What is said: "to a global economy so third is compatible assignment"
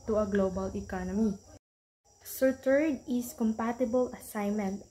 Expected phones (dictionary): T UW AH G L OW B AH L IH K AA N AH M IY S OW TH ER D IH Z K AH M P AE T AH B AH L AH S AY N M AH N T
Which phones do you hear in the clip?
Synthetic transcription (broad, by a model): T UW AH G L OW B AH L IH K AA N AH M IY S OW T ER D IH S K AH M P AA T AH B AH L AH S AY N M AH N T